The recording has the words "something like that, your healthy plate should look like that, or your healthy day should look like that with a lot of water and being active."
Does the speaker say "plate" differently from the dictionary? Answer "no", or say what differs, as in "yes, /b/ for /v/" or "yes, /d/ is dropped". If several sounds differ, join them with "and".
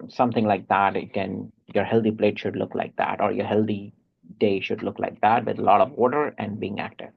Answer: no